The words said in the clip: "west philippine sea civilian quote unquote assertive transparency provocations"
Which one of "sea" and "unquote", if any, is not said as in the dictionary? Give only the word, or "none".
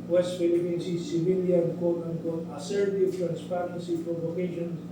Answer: unquote